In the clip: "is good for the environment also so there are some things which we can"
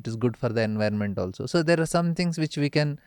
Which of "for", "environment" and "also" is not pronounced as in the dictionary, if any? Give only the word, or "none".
none